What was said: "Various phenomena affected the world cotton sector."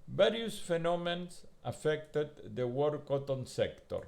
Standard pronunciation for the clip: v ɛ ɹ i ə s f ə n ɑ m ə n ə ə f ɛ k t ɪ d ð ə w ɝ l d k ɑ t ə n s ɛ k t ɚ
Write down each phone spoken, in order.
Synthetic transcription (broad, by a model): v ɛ ɹ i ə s f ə n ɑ m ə n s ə f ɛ k t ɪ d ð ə w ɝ d k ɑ t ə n s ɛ k t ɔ